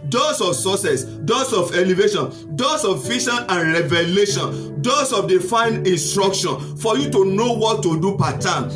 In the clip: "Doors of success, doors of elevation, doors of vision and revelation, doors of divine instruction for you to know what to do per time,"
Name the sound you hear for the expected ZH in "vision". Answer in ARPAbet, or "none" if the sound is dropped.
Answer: SH